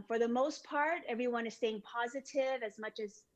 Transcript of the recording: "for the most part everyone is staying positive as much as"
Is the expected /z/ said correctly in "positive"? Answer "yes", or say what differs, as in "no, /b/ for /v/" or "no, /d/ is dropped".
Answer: yes